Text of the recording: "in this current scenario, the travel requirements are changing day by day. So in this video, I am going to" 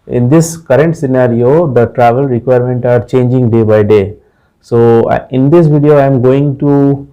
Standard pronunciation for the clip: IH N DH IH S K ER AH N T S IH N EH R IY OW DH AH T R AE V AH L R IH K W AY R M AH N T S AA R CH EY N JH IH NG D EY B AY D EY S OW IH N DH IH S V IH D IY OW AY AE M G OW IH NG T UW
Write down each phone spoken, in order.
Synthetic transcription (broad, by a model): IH N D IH S K ER AH N T S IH N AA R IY OW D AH T R AE V AH L R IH K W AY R M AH N T AA R CH EY N JH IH NG D EY B AY D EY S OW IH N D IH S V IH D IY OW AY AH M G OW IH NG T UW